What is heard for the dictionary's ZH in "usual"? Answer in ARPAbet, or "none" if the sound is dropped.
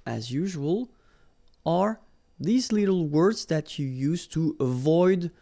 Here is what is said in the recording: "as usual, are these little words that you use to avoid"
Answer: ZH